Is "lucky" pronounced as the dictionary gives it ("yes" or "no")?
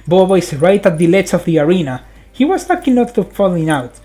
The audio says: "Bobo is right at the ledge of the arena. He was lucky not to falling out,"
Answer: no